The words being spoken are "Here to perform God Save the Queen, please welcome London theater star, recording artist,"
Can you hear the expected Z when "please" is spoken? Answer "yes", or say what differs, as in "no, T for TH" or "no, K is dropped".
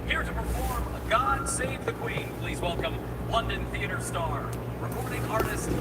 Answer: yes